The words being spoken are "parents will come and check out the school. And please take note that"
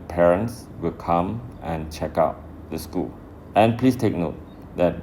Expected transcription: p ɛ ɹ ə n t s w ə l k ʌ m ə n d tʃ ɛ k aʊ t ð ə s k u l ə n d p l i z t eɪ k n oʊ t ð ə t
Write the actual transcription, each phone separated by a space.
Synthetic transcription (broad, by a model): p ɛ ɹ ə n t s w ə l k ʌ m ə n tʃ ɛ k aʊ t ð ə s k u l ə n p l i s t eɪ k n oʊ t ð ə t